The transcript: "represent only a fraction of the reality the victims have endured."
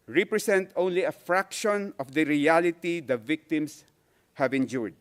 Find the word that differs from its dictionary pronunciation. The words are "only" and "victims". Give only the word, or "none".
victims